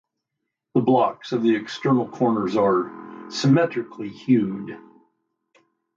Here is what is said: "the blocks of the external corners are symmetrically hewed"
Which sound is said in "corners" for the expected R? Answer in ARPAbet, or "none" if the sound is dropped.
R